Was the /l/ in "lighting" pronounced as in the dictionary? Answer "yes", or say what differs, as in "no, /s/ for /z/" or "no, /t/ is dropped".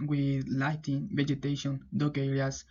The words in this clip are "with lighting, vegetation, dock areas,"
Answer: yes